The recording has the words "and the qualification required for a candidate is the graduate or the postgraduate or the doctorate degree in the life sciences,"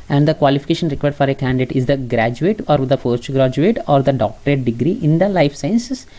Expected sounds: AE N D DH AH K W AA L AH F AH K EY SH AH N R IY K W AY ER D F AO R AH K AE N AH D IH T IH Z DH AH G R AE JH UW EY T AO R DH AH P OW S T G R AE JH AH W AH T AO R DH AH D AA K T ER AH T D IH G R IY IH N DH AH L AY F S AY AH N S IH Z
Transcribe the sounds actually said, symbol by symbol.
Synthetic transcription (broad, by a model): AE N D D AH K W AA L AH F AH K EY SH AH N R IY K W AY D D F AO R AH K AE N D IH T IH Z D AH G R AE JH UW EY T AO R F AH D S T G R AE JH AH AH T AO R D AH D AA K T ER AH T D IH G R IY IH N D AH L AY F S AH N S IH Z